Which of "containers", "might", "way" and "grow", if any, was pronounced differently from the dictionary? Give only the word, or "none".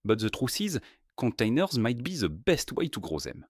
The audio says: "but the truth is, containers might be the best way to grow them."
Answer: none